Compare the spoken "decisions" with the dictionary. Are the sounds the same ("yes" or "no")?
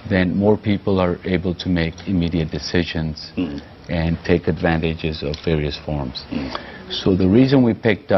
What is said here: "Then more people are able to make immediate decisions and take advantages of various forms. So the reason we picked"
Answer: yes